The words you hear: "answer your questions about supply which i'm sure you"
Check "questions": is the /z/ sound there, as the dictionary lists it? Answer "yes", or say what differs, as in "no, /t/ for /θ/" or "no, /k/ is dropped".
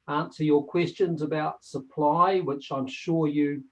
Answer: yes